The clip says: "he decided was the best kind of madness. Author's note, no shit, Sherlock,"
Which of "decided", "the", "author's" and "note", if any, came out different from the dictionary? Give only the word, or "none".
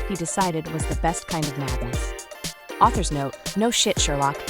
none